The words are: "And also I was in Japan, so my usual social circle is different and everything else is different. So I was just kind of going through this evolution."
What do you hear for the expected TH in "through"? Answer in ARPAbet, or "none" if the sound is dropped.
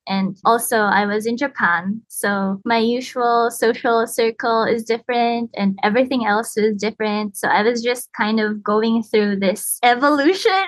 TH